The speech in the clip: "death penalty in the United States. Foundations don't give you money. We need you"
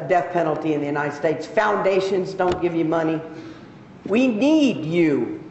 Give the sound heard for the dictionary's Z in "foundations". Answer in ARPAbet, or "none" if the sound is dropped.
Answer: Z